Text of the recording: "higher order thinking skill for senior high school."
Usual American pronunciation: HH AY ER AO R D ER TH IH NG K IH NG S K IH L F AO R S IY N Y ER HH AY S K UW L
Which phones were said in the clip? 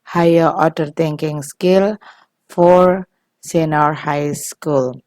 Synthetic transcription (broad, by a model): HH AY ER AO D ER T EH NG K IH NG S K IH L F AO R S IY N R HH AY S K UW L